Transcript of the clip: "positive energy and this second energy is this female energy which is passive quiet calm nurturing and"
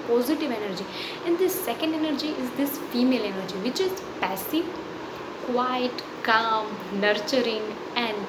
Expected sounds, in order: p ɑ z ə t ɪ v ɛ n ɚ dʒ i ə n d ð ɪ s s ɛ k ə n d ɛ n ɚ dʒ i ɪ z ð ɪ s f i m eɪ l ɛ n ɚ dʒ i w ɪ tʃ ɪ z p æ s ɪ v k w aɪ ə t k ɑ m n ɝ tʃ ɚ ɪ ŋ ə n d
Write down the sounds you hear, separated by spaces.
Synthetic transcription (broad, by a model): p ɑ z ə t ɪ v ɛ n ɚ dʒ i ə n d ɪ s s ɛ k ə n d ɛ n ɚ dʒ i ɪ z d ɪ s f i m eɪ l ɛ n ɚ dʒ i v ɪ tʃ ɪ z p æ s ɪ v k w aɪ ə t k ɑ m n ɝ tʃ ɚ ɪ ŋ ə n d